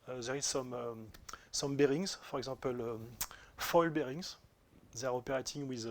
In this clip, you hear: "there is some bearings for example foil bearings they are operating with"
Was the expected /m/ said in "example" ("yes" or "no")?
no